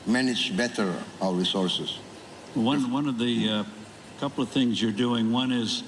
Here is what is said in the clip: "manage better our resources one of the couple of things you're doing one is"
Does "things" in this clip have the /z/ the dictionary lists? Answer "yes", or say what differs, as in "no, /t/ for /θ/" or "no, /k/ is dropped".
yes